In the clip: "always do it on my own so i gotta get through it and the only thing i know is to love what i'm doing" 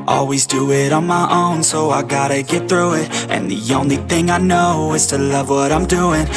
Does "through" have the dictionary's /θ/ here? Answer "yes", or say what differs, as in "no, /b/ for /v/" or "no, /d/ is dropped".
yes